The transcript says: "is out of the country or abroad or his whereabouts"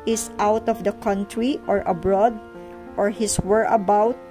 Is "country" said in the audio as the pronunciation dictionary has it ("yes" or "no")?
yes